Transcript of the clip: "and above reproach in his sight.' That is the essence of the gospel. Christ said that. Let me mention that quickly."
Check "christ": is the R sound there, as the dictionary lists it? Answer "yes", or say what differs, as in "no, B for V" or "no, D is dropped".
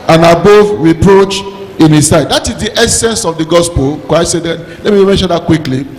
no, R is dropped